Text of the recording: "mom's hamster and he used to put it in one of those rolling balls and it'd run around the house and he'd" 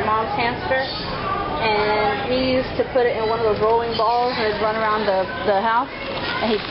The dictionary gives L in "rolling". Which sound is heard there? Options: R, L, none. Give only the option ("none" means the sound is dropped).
none